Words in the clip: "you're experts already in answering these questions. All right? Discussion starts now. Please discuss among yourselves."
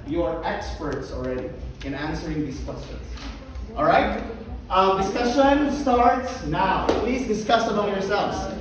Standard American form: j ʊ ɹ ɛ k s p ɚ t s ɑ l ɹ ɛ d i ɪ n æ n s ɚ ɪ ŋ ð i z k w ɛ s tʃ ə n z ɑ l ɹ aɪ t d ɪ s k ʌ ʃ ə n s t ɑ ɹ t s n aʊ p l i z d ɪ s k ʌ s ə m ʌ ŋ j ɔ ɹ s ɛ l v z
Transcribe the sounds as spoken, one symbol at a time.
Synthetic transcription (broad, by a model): j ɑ ɹ ɛ k s p ɚ t s ɑ l ɹ ɛ d i ɪ n æ n s ɚ ɪ ŋ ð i s k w ɛ s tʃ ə n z ɑ l ɹ aɪ t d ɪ s k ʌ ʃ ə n s t ɑ ɹ t s n aʊ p l i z d ɪ s k ʌ s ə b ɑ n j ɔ ɹ s ɛ l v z